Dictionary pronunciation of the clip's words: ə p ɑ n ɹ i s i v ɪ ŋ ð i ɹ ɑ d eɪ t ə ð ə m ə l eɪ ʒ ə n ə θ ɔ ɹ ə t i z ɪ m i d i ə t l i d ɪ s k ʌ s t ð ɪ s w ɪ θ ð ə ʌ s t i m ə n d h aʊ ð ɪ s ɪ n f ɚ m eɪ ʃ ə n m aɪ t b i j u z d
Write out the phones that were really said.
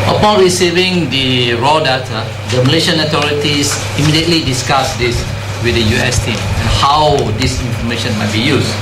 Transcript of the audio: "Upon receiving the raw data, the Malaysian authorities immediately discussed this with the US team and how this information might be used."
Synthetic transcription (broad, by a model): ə p ɑ n ɹ i s i v ɪ ŋ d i ɹ ɑ d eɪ t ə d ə m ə l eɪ ʃ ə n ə t ɔ ɹ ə t i s ɪ m i d i ə t l i d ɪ s k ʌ s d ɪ s w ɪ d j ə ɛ s t i m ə n h aʊ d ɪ s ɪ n f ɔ m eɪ ʃ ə n m aɪ t b i j u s